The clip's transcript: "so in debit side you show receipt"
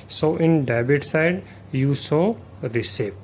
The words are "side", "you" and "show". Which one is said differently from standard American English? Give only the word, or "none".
show